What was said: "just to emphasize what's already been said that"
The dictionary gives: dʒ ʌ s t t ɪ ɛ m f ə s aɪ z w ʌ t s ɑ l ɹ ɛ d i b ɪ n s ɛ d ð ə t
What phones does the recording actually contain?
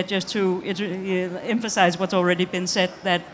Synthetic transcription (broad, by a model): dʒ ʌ s t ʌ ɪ ɛ m f ə s aɪ z w ʌ t s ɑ l ɹ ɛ d i b ɪ n s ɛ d ð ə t